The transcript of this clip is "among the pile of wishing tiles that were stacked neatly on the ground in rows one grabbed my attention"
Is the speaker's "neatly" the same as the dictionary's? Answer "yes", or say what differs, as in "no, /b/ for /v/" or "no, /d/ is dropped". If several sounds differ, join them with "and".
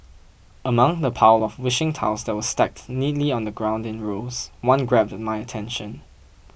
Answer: yes